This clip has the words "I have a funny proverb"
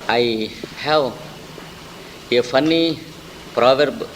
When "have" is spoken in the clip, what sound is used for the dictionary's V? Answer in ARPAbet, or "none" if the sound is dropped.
W